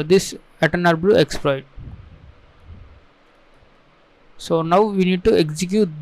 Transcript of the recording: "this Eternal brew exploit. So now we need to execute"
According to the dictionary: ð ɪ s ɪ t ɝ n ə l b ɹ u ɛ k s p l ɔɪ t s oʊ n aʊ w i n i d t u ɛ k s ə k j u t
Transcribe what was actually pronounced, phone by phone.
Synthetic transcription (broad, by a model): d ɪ s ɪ t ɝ n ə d b l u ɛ k s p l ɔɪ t s oʊ n aʊ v i n i d t u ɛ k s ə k j u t